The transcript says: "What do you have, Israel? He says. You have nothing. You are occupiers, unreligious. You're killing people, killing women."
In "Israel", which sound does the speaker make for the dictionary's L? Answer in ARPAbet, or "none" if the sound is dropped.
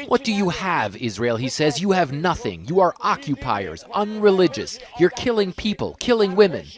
L